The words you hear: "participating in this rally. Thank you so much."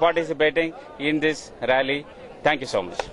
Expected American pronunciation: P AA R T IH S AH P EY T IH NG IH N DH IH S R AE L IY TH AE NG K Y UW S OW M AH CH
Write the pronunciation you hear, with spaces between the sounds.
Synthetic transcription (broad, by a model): P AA R T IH S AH P EY T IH NG IH N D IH S R AE L IY T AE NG K Y UW S OW M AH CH